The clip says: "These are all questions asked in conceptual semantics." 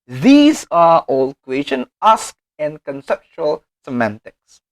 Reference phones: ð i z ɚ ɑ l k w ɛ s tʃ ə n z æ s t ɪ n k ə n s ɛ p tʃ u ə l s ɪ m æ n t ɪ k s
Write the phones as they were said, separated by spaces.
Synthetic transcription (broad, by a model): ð i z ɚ ɑ l k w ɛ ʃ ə n ɑ s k ɪ n k ə n s ɛ p tʃ u ə l s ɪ m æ n t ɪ k s